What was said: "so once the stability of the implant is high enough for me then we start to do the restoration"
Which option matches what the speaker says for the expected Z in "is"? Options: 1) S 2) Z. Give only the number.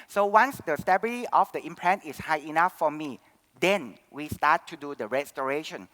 1